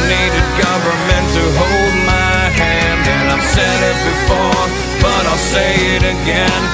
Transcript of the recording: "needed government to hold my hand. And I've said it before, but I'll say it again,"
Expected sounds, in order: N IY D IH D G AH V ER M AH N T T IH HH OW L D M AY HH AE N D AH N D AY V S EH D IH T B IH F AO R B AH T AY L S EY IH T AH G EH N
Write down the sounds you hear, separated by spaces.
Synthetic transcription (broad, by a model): N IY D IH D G AH V ER M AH N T T IH HH OW L D M AY HH AE N D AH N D AY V S EH D IH T B IH F AO R B AH T AY L S EY IH T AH G EH N